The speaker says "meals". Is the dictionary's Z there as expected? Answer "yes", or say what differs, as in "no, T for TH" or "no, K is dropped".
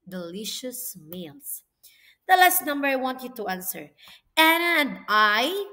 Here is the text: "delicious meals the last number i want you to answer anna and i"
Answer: no, S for Z